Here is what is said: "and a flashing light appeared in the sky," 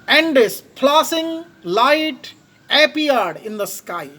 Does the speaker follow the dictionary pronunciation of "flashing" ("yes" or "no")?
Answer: no